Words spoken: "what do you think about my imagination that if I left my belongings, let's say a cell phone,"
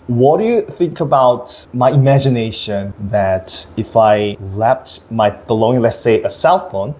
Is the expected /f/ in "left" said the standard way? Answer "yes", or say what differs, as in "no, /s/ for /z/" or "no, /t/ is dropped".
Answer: no, /p/ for /f/